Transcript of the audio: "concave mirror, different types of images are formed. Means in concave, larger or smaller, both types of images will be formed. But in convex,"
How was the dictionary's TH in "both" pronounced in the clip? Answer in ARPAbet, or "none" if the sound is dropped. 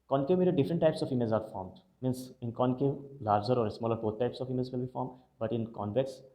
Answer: T